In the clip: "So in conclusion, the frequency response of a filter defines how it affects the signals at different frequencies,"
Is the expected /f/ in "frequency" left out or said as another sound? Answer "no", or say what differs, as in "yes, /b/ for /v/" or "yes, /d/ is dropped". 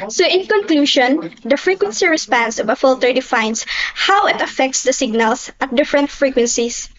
no